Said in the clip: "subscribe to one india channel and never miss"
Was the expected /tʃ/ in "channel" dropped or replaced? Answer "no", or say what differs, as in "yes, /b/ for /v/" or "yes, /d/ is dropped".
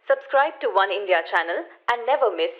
no